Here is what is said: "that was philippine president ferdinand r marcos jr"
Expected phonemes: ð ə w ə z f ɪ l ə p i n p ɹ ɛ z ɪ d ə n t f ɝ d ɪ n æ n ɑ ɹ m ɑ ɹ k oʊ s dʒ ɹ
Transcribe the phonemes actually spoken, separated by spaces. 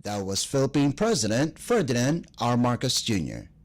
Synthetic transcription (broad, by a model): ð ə w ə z f ɪ l ə p i n p ɹ ɛ z ɪ d ə n t f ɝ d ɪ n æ n ɑ ɹ m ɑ ɹ k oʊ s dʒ ɹ